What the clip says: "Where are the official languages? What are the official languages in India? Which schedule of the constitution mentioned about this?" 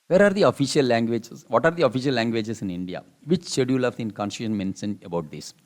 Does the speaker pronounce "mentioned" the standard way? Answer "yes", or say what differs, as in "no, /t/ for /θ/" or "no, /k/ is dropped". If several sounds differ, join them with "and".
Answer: no, /s/ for /ʃ/ and /d/ is dropped